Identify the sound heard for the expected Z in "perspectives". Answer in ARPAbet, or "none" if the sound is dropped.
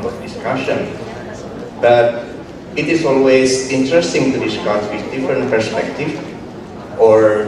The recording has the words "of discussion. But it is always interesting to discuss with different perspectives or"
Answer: none